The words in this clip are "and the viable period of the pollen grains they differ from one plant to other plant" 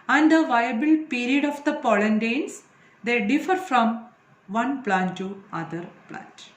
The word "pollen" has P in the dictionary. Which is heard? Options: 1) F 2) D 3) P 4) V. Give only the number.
3